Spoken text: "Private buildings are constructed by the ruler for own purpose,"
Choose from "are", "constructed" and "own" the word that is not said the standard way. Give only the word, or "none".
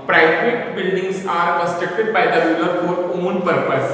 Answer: constructed